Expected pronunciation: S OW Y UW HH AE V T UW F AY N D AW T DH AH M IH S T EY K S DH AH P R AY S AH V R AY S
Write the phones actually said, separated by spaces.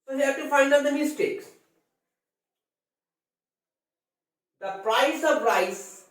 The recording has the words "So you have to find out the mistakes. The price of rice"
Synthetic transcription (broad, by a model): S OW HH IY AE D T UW F AY N D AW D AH M IH S T EY K S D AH P R AY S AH P R AY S